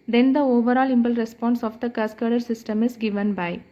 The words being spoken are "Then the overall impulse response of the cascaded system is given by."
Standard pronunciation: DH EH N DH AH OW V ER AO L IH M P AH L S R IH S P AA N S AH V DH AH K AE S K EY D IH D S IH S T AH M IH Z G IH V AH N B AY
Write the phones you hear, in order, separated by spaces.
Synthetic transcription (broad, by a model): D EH N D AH OW V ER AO L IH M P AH L R IH S P AA N S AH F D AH K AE S K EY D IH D S IH S T AH M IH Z G IH V AH N B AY